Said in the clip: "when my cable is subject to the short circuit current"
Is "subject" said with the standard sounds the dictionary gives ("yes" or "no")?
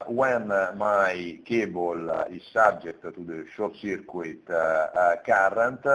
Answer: no